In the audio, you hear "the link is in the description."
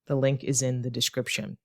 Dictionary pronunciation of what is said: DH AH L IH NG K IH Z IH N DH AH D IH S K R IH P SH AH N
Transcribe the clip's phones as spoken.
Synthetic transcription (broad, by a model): DH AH L IH NG K IH Z IH N DH AH D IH S K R IH P SH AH N